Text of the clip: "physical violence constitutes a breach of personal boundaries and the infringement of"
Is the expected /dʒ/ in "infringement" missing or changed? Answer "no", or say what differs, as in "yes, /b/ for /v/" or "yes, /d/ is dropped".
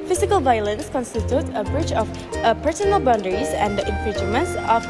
yes, /dʒ/ is dropped